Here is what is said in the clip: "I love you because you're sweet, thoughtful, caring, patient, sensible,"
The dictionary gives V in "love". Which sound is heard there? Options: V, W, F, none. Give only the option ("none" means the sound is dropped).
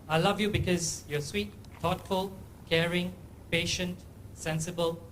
V